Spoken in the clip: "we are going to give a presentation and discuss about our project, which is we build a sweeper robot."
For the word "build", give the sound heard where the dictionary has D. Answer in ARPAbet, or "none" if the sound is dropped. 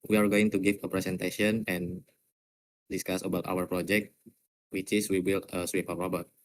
none